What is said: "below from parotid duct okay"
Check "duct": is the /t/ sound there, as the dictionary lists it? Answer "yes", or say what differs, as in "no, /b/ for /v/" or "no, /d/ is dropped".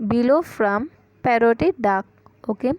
no, /t/ is dropped